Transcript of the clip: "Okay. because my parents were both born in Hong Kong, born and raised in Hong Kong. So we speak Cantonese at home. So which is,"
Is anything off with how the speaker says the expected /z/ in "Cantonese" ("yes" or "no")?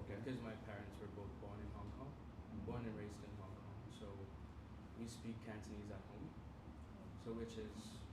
no